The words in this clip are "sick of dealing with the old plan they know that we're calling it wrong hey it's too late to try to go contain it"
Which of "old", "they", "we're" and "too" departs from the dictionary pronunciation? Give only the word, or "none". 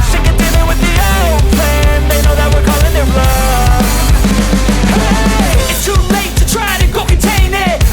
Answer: none